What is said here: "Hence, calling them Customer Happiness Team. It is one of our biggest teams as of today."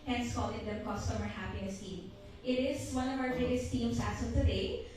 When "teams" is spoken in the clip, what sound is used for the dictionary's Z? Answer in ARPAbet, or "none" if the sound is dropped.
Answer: S